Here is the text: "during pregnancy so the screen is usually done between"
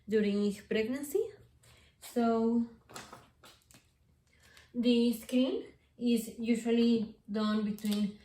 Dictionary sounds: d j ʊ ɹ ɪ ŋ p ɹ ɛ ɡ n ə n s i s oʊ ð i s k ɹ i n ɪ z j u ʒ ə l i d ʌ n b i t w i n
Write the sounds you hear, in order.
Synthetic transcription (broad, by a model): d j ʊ ɹ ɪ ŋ p ɹ ɛ ɡ n ə n s i s oʊ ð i s k i l ɪ z j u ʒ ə l i d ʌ n b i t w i n